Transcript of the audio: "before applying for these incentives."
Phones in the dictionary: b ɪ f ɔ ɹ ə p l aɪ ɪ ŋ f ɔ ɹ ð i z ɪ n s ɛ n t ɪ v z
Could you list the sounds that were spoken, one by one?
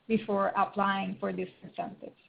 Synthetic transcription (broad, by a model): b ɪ f ɔ ɹ ə p l aɪ ɪ ŋ f ɔ ɹ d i s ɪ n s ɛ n t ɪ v